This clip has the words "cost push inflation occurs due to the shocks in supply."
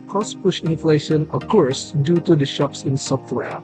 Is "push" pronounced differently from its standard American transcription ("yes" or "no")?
no